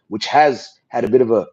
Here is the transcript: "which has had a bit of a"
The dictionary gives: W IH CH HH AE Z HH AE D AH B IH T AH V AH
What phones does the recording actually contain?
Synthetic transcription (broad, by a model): W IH CH HH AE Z HH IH D AH B IH T AH V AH